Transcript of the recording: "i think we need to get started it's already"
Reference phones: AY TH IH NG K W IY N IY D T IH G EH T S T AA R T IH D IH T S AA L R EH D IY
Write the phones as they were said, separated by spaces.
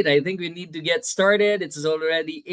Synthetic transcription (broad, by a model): AY TH IH NG K W IY N IY D T IH G EH T S T AA R T IH D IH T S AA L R EH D IY